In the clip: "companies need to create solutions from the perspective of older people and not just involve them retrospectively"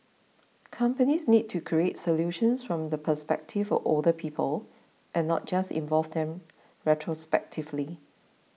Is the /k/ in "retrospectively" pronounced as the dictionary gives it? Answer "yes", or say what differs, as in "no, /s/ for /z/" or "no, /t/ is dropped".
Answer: yes